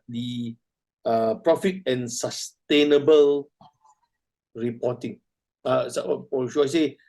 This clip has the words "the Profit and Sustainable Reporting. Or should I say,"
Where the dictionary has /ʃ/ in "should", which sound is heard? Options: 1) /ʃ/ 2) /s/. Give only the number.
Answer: 2